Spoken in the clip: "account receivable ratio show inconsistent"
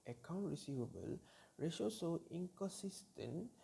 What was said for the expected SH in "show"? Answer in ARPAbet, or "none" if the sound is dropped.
S